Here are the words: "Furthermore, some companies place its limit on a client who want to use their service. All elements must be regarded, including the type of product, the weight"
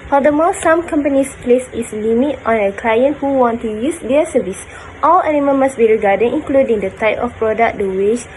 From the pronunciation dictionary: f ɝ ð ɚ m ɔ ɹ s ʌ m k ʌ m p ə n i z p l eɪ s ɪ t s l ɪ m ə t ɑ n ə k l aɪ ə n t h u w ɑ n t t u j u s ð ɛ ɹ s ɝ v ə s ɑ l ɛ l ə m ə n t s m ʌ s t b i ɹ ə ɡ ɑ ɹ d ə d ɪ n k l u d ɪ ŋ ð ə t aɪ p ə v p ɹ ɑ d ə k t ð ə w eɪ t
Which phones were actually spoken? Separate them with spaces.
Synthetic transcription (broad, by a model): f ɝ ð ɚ m ɔ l s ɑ m k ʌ m p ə n i s p l eɪ s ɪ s l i m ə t ɑ n ə k l aɪ ə n t h u w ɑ n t t u j u s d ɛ s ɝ v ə s ɑ l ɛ n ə m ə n m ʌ s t b i ɹ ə ɡ ɑ d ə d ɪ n k l u d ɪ ŋ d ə t aɪ p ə f p ɹ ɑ d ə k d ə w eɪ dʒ